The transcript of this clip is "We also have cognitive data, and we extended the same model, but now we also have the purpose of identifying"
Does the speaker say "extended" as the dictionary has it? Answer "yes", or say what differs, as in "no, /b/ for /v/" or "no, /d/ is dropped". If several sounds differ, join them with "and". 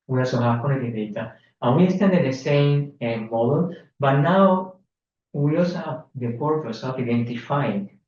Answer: no, /k/ is dropped